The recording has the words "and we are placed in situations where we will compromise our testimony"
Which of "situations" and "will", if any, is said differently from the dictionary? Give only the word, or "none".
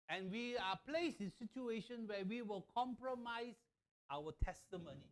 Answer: situations